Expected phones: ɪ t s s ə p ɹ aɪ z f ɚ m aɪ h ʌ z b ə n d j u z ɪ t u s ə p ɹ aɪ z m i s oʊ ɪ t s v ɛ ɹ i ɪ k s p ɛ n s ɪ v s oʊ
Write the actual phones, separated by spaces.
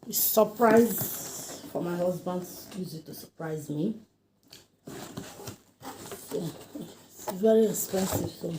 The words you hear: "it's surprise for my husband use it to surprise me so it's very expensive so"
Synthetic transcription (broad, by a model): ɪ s s ə p ɹ aɪ z f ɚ m aɪ h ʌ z b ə n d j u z ɪ t u s ə p ɹ aɪ z m i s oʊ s v ɛ ɹ i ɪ s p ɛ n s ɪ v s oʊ